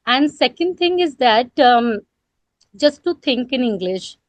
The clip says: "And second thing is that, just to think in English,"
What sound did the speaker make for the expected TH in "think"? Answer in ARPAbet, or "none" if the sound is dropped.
T